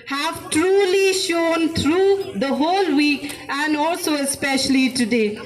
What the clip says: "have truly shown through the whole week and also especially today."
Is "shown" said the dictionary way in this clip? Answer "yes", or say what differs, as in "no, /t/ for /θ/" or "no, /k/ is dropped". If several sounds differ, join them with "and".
yes